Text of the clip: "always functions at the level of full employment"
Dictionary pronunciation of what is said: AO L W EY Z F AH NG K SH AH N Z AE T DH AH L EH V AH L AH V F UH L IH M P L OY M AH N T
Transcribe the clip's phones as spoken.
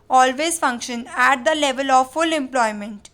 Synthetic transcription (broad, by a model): AO L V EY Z F AH NG K SH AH N AE T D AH L EH V AH L AH V F UH L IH M P L OY M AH N T